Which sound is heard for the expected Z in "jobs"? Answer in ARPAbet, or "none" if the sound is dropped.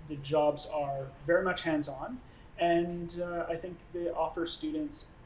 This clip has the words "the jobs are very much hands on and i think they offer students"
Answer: Z